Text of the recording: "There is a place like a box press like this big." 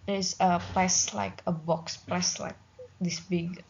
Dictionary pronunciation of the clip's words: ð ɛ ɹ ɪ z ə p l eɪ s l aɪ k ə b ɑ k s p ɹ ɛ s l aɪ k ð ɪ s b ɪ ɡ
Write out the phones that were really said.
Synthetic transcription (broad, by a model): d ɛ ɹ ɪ s ə p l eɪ s l aɪ k ə b ɑ k s p l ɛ s l aɪ k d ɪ s b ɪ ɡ